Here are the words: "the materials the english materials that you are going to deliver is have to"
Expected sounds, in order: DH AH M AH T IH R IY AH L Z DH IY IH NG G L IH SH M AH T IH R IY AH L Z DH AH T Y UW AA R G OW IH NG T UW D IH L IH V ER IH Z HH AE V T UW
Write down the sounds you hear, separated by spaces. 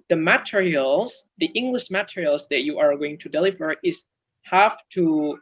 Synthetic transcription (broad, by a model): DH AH M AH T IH R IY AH L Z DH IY IH NG G L IH SH M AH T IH R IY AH L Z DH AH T Y UW AA R G OW IH NG T UW D IH L IH V ER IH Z HH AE F T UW